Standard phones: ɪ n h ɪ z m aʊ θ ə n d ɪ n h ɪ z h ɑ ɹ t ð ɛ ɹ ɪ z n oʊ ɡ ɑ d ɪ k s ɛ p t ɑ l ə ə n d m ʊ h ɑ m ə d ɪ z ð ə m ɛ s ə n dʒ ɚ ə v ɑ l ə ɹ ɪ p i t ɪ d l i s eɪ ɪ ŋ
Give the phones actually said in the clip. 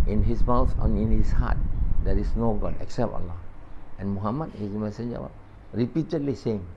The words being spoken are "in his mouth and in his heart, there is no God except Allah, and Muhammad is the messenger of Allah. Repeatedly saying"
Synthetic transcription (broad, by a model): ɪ n h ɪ s m aʊ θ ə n ɪ n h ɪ s h ɑ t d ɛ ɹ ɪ s n oʊ ɡ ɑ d ɪ k s ɛ p t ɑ l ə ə n m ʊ h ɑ m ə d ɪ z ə m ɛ s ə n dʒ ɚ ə w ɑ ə ɹ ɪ p i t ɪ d l i s eɪ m